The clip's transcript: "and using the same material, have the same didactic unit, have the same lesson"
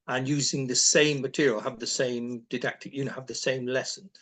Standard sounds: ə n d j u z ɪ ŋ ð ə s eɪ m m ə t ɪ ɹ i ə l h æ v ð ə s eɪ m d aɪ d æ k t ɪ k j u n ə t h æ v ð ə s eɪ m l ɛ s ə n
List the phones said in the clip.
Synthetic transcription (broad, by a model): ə n j u z ɪ ŋ ð ə s eɪ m m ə t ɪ ɹ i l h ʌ v ð ə s eɪ m d aɪ d æ k t ɪ k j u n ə v ð ə s eɪ m l ɛ s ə n